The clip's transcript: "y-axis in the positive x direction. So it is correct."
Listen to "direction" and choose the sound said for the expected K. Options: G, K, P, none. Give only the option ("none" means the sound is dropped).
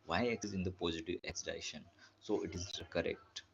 none